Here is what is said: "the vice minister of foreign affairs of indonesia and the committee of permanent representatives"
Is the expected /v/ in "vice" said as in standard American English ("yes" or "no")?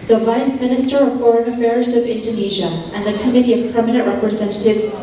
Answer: yes